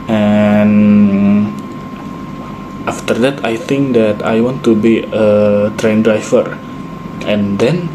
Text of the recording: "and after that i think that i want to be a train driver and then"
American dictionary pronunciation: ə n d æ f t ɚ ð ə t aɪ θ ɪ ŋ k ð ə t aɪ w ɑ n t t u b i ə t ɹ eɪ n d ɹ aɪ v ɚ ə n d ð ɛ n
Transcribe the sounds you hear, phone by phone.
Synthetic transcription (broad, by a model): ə n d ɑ f t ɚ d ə t aɪ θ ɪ ŋ k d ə t aɪ w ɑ n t t u b i ə t ɹ eɪ n d ɹ aɪ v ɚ ə n d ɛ n